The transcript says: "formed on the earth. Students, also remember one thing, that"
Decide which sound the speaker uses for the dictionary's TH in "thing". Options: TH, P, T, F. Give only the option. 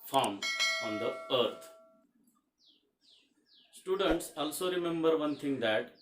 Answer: T